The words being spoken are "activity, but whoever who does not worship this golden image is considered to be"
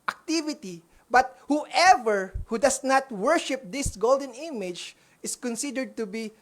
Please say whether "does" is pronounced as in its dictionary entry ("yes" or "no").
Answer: no